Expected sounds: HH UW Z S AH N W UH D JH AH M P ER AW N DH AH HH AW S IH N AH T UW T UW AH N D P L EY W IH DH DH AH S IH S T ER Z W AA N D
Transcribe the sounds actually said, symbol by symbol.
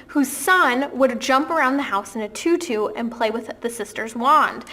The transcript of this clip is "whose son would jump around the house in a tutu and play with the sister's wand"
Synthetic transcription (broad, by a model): HH UW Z S AH N W UH D JH AH M P ER AW N DH AH HH AW S IH N AH T UW T UW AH N P L EY W IH DH DH AH S IH S T ER Z W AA N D